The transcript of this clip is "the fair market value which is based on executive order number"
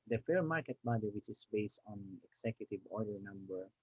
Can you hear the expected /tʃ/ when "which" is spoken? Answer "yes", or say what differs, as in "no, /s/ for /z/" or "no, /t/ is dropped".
no, /s/ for /tʃ/